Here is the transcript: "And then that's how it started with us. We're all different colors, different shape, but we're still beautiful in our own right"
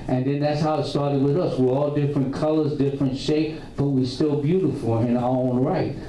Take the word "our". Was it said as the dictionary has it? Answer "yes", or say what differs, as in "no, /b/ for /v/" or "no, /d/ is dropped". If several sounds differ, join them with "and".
no, /l/ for /ɹ/